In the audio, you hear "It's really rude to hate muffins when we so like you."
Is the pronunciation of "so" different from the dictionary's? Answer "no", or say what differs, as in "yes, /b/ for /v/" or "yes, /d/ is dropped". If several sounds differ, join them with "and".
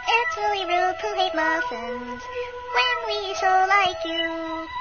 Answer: yes, /ʃ/ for /s/